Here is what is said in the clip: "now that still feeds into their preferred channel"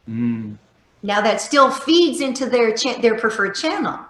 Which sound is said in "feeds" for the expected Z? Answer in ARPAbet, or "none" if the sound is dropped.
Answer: Z